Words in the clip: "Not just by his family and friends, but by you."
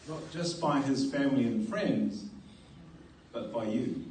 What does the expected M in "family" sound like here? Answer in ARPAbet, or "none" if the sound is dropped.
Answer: M